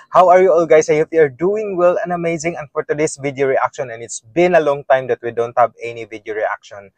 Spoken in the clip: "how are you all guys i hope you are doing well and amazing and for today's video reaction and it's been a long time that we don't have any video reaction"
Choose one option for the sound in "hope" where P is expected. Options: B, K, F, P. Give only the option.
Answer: F